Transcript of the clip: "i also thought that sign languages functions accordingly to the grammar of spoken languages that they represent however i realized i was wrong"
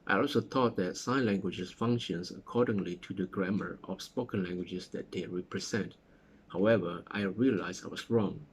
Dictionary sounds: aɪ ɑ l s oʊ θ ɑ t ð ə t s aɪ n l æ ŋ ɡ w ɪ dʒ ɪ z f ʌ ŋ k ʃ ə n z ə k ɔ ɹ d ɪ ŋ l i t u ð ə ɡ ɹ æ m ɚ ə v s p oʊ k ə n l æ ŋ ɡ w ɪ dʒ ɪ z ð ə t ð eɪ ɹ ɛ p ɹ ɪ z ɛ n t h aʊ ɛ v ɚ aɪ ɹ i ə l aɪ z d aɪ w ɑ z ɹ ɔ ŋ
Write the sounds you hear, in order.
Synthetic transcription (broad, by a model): aɪ ɑ l s oʊ t ɑ t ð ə t s aɪ n l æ ŋ ɡ w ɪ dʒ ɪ s f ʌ ŋ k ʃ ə n s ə k ɔ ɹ d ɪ ŋ l i t u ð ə ɡ ɹ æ m ɚ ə f s p oʊ k ə n l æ ŋ ɡ w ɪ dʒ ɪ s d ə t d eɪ ɹ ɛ p ɹ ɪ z ɛ n t h aʊ ɛ v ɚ aɪ ɹ i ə l aɪ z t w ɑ s ɹ ɔ ŋ